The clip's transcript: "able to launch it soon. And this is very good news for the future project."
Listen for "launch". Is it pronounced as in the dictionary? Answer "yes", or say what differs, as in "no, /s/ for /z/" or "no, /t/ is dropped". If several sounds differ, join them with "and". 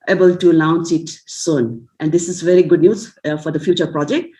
no, /s/ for /tʃ/